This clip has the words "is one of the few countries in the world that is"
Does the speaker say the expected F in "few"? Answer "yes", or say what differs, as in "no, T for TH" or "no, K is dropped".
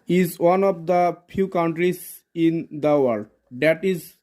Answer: no, P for F